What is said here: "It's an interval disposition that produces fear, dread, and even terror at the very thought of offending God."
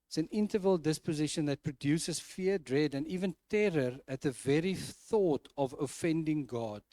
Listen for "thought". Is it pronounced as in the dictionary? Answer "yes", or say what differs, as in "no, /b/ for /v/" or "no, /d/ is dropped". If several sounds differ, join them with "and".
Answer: yes